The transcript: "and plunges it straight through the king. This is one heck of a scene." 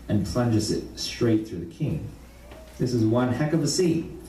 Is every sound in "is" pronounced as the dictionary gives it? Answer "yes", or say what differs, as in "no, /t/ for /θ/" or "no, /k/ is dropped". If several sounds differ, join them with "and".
yes